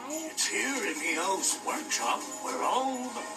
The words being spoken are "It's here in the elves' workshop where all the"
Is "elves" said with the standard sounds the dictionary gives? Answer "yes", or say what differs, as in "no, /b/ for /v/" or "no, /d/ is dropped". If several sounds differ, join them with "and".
no, /v/ is dropped